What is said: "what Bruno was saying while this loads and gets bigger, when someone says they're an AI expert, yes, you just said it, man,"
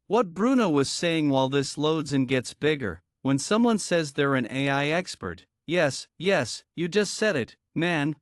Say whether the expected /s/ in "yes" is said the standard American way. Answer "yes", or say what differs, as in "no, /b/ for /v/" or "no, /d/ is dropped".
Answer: yes